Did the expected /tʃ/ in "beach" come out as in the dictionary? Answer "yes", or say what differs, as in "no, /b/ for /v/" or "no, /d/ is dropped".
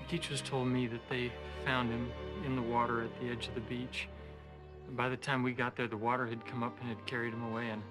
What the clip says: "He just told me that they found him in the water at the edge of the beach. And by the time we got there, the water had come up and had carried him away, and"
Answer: yes